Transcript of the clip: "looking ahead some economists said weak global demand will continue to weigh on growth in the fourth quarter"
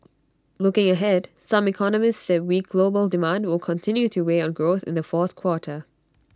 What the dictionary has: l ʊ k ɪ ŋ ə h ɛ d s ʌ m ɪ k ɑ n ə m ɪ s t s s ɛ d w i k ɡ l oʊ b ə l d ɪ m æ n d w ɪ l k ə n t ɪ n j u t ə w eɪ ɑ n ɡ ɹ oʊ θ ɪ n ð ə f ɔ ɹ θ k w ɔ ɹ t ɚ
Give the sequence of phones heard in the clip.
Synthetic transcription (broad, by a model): l ʊ k ɪ ŋ ə h ɛ d s ʌ m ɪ k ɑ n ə m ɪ s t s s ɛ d w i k ɡ l oʊ b ə l d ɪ m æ n d w ɪ l k ə n t ɪ n j u t ə w eɪ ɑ n ɡ ɹ oʊ θ ɪ n ð ə f ɔ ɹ θ k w ɔ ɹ t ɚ